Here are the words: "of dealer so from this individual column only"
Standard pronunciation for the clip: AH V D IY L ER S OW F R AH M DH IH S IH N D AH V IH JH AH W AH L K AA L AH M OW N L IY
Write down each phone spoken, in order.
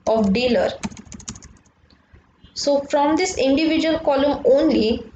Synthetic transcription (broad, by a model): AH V D IY L ER S OW F R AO M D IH S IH N D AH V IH JH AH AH L K AA L AH M OW N L IY